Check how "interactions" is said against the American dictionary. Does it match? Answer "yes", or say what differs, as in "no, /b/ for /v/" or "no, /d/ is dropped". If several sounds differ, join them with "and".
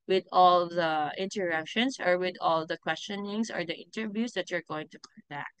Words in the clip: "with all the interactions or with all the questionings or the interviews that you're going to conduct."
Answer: no, /s/ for /z/